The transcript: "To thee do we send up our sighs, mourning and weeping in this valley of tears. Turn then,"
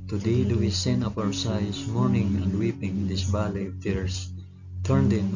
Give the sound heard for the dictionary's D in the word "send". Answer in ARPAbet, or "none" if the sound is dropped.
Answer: none